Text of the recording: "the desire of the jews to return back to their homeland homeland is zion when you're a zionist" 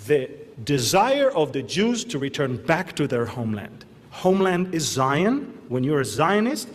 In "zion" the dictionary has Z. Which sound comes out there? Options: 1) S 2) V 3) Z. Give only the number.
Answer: 3